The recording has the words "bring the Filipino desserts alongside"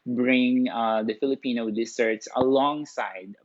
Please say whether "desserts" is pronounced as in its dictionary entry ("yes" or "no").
no